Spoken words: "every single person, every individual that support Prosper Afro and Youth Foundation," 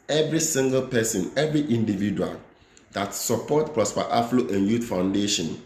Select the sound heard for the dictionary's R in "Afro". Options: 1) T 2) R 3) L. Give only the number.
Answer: 3